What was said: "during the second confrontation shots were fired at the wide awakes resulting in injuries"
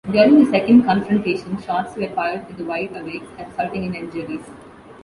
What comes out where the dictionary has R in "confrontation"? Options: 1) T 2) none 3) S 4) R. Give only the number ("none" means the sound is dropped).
4